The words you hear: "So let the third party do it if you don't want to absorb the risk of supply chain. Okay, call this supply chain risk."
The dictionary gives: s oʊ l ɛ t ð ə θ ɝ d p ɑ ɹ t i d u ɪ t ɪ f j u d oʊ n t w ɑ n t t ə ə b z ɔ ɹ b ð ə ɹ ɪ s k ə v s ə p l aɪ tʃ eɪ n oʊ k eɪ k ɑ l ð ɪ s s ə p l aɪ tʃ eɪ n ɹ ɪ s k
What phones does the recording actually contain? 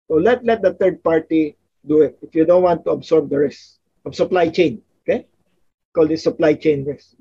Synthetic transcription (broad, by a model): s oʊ l ɛ t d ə t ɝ d p ɑ ɹ t i d u ɪ t ɪ f j u d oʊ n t w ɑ n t t ə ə b s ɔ ɹ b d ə ɹ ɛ s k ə b s ə p l aɪ tʃ eɪ n oʊ k eɪ k ɑ l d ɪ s s ə p l aɪ tʃ eɪ n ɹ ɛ s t